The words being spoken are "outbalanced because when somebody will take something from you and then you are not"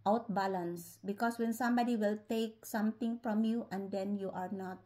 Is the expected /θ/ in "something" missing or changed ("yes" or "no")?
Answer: yes